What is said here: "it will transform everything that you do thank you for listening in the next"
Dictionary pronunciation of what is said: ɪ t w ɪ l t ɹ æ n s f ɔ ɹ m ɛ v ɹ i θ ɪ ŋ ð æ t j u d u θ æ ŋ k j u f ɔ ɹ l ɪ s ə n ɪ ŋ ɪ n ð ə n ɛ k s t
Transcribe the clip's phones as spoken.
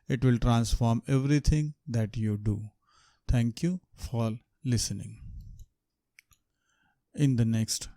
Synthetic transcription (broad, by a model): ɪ t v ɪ l t ɹ æ n s f ɔ ɹ m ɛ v ɹ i t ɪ ŋ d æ t j u d u t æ ŋ k j u f ɔ ɹ l ɪ s ə n ɪ ŋ ɪ n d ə n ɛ k s t